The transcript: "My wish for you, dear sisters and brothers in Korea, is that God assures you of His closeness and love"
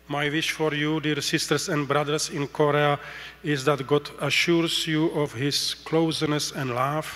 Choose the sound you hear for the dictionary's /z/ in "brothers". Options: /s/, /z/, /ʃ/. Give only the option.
/s/